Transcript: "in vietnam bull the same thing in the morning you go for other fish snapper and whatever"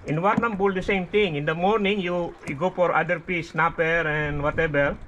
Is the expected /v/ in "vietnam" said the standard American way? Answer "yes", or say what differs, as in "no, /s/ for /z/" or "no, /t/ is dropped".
no, /w/ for /v/